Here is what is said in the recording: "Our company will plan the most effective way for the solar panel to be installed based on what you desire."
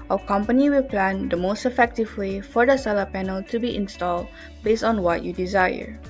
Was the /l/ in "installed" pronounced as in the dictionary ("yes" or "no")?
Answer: yes